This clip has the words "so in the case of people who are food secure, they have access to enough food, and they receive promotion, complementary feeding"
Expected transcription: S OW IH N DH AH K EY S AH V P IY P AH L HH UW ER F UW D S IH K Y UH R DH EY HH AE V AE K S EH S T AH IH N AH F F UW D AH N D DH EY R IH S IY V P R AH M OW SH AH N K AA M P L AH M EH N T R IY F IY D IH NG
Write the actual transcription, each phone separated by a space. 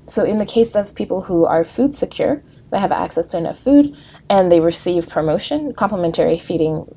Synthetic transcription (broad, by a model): S OW IH N DH AH K EY S AH V P IY P L HH UW ER F UW D S IH K Y UH R DH EY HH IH V AE K S EH S T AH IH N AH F F UW D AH N DH EY R IH S IY V P R AH M OW SH AH N K AA M P L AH M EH N T R IY F IY D IH NG